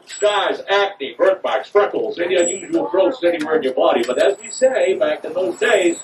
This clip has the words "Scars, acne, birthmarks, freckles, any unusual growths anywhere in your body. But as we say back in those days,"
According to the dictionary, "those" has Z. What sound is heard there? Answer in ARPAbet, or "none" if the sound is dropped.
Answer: Z